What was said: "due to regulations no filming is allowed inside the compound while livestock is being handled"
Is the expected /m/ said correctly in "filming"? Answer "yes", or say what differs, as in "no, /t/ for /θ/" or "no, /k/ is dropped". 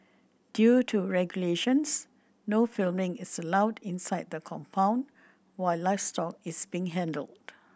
yes